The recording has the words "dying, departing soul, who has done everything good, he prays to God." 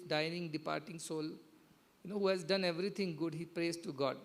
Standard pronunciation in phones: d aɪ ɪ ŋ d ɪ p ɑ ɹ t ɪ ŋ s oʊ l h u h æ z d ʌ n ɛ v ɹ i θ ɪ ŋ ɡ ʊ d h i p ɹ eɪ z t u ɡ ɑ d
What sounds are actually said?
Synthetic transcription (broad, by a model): d aɪ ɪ ŋ d ɪ p ɑ ɹ t ɪ ŋ s oʊ l h u h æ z d ʌ n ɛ v ɹ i t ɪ ŋ ɡ ʊ d h i p ɹ eɪ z t u ɡ ɑ d